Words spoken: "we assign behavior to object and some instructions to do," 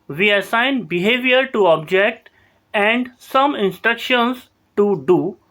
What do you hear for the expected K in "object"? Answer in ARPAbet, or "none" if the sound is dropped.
K